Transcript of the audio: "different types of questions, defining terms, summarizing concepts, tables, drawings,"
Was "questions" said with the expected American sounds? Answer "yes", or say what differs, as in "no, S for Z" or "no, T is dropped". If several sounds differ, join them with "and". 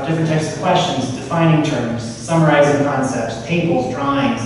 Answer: yes